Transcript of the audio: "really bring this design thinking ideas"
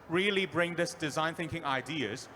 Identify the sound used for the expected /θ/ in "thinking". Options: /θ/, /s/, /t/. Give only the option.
/θ/